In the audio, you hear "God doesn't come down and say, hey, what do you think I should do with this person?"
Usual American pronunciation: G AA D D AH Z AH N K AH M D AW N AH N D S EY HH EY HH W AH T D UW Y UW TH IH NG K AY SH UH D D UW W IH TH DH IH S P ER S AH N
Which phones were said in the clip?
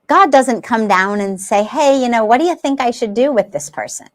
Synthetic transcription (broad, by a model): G AA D D AH Z AH N K AH M D AW N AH N S EY HH EY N W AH T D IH Y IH TH IH NG K AY SH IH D D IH W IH DH IH S P ER S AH N